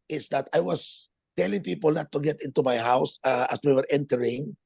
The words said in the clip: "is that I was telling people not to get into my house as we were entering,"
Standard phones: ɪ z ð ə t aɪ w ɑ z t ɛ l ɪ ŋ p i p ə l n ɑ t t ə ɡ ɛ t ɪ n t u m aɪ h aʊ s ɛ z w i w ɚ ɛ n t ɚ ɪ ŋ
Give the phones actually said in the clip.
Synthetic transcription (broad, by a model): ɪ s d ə t aɪ w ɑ s t ɛ l ɪ ŋ p i p ə l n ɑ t t ə ɡ ɛ t ɪ n t u m aɪ h aʊ s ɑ s w i w ɚ ɛ n t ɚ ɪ ŋ